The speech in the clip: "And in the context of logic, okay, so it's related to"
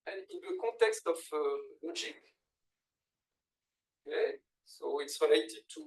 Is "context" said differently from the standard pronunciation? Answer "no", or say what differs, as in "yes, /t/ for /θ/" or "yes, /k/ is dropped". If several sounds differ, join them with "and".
yes, /n/ is dropped